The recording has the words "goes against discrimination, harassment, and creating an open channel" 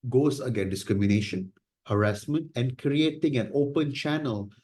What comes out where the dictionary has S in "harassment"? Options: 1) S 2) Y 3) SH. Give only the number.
1